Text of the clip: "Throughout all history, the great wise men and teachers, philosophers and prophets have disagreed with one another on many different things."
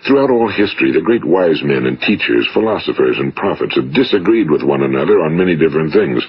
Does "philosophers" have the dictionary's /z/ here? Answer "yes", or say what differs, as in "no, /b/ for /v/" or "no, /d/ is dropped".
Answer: yes